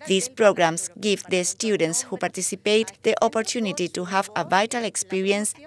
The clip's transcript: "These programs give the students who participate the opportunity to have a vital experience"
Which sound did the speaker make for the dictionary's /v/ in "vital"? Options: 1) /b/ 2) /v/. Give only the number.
2